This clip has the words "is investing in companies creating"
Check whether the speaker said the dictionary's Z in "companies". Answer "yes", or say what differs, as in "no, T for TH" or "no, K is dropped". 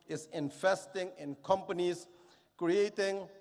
no, S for Z